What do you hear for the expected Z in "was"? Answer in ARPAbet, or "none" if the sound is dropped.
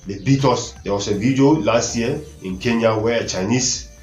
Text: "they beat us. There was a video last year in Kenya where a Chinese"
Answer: S